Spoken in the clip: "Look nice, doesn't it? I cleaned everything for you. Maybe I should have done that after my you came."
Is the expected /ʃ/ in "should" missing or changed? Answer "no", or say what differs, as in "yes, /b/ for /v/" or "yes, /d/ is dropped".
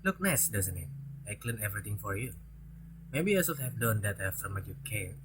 yes, /s/ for /ʃ/